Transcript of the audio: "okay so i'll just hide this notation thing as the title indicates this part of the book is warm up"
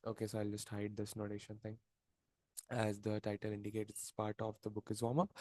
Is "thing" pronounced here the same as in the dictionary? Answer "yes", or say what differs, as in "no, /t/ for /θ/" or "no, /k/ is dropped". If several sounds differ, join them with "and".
no, /t/ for /θ/